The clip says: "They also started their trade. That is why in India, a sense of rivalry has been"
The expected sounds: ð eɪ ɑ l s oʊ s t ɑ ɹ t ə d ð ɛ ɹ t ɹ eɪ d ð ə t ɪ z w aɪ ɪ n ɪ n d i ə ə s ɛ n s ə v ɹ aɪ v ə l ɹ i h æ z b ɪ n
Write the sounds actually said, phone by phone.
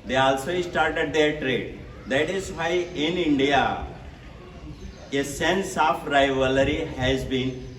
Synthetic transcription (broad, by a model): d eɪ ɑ l s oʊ s t ɑ ɹ t ə d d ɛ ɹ t ɹ eɪ d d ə t ɪ z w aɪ ɪ n ɪ n d i ə ə s ɛ n s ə f ɹ aɪ v ə l ɹ i h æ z b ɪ n